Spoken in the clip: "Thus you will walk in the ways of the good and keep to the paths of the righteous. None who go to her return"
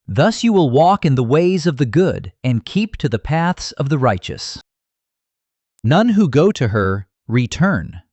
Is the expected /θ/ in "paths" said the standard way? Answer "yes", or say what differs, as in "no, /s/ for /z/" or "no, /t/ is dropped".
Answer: yes